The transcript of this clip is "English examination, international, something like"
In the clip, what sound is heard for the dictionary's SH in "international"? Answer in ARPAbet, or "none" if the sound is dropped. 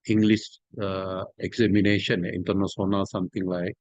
S